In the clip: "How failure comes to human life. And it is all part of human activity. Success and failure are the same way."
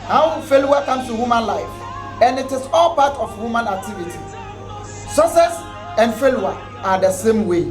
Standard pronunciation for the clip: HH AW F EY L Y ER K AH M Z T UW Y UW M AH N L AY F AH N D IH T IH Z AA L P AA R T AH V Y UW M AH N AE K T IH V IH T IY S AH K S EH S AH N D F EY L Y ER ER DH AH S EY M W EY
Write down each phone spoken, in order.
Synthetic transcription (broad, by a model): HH AW F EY L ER K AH M S T UW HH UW M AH N L AY F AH N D IH T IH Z AA L P AA T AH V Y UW M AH N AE K T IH V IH T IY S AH S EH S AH N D F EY L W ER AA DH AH S EY M W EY